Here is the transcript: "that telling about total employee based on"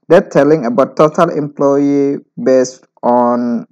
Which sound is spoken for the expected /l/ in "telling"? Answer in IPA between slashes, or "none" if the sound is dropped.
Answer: /l/